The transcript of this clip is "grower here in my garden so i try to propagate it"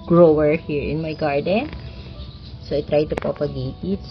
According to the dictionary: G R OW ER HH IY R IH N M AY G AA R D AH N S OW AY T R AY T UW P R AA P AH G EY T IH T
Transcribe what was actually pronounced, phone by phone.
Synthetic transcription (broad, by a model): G R OW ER HH IY R IH N M AY G AA R D AH N S OW AY T R AY T UW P AA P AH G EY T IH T